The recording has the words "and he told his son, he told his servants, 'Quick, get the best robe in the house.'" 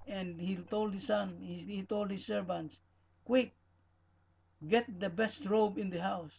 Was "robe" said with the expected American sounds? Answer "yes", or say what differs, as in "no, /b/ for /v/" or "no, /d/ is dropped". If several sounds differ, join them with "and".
yes